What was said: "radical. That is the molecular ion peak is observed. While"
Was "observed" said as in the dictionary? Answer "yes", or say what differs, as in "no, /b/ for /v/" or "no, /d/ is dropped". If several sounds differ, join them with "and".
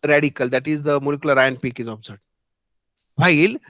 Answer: no, /v/ is dropped